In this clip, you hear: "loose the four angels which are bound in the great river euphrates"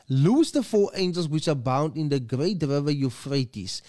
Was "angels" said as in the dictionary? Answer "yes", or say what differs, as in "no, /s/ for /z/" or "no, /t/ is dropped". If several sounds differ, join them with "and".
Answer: no, /s/ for /z/